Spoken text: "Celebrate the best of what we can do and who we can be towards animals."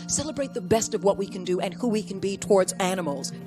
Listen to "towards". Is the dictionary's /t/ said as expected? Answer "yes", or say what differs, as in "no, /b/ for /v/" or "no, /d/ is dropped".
yes